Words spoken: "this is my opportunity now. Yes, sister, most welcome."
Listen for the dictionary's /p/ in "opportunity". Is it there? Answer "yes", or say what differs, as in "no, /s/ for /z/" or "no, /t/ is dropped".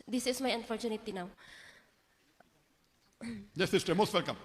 no, /f/ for /p/